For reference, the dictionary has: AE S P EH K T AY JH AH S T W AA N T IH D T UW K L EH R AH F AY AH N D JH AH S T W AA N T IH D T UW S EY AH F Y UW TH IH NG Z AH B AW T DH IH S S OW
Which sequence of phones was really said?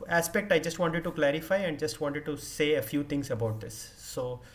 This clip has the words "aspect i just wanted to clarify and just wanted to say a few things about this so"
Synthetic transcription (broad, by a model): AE S P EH K T AY JH AH S T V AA N T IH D T UW K L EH R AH F AY AH N D JH AH S T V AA N T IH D T UW S EY AH F Y UW T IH NG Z AH B AW T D IH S S OW